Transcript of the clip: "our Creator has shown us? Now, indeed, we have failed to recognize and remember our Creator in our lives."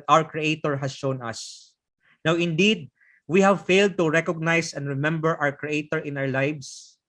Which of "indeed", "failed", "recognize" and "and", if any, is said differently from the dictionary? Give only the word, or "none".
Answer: recognize